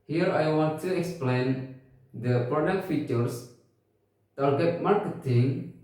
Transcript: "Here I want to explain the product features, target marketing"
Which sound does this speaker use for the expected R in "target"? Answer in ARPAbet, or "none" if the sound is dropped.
L